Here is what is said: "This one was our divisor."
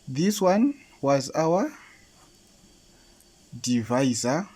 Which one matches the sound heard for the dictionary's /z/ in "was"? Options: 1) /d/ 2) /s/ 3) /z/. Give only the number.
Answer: 3